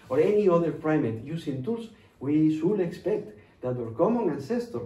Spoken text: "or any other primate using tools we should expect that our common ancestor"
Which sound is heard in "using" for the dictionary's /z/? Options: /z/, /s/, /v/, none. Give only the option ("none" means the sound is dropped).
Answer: /s/